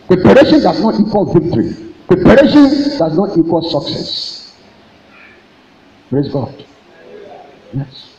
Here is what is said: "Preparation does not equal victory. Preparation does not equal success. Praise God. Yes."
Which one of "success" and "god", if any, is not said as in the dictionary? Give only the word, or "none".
none